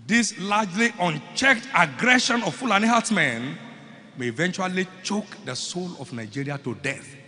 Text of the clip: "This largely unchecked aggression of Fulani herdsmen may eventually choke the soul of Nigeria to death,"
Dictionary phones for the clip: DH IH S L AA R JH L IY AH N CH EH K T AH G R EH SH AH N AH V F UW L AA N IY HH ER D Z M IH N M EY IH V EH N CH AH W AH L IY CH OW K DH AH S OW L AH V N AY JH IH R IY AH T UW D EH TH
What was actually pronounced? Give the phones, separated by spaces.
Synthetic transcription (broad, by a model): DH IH S L AA JH L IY AH N CH EH K T AH G R EH SH AH N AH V F UW L AA N IY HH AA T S M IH N M EY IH V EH N CH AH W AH L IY CH OW K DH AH S OW L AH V N AY JH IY R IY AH T UW D EH TH